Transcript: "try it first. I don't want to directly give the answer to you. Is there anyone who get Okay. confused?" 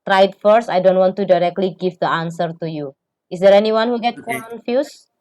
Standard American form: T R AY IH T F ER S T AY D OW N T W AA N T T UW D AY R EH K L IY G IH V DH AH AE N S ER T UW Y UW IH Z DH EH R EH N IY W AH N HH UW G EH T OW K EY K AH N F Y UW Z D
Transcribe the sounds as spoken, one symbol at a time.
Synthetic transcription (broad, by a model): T R AY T F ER S AY D OW N T W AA N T T UW D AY R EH K L IY G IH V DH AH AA N S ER T UW Y UW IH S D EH R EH N IY W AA N HH UW G EH T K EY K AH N F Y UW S